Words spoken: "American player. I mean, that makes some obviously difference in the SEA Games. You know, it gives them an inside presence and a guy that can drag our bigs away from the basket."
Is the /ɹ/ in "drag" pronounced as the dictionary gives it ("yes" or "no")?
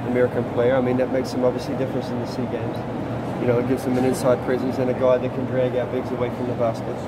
yes